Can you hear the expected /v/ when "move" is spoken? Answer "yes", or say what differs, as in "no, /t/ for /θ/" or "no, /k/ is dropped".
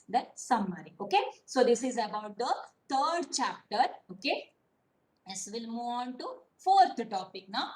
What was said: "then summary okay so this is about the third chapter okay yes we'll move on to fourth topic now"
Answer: no, /v/ is dropped